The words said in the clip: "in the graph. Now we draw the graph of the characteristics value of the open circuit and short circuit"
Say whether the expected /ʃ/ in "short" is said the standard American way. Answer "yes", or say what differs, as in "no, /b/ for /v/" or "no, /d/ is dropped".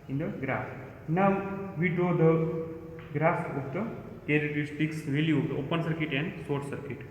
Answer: no, /s/ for /ʃ/